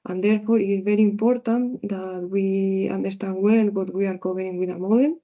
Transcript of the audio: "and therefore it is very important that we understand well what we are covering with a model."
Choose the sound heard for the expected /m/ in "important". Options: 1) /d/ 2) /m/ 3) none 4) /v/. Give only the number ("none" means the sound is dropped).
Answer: 2